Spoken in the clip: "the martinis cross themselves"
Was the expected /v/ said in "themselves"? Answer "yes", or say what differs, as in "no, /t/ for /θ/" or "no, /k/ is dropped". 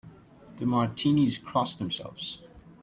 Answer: yes